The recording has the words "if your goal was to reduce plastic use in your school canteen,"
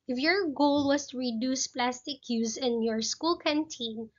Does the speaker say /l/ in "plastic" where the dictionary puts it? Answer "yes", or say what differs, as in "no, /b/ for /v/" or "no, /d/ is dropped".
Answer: yes